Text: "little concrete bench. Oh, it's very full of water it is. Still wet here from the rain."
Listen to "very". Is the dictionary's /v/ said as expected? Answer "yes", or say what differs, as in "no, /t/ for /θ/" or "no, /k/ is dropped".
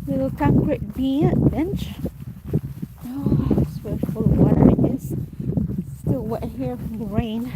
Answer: no, /w/ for /v/